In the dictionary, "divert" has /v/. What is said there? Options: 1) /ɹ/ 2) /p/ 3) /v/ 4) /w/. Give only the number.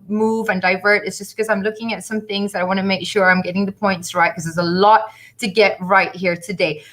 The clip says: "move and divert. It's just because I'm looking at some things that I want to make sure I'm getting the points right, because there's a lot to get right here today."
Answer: 3